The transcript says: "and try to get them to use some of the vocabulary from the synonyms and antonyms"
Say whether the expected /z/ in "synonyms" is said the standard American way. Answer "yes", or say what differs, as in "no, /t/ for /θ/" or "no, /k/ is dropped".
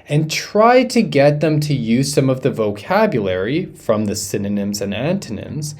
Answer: yes